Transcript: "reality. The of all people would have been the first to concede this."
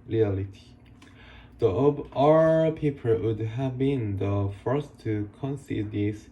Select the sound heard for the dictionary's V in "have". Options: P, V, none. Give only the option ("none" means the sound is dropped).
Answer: V